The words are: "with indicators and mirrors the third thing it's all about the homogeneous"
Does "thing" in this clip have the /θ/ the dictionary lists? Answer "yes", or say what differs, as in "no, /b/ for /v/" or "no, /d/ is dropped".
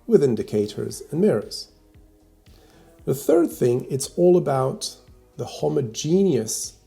yes